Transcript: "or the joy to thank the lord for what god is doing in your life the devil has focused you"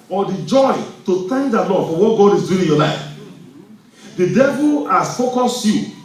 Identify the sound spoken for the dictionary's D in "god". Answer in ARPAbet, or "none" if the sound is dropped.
D